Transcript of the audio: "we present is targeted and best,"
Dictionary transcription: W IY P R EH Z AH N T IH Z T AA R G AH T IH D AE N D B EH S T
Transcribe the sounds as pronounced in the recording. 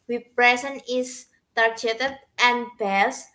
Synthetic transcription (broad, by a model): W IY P R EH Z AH N IH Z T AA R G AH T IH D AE N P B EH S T